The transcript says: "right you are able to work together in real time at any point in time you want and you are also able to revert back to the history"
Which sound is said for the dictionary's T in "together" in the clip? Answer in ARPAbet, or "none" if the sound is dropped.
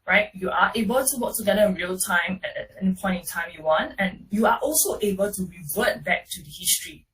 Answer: S